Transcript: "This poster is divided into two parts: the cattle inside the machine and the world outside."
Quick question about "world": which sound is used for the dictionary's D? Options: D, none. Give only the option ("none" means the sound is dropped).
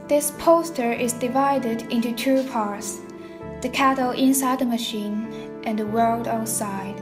D